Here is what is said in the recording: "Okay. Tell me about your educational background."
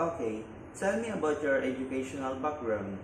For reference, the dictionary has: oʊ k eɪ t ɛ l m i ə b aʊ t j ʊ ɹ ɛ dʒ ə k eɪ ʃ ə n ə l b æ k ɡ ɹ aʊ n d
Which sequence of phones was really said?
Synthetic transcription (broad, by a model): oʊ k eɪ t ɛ n m i ə b aʊ t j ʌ ɹ ɛ dʒ ə k eɪ ʃ ə n ə l b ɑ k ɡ ɹ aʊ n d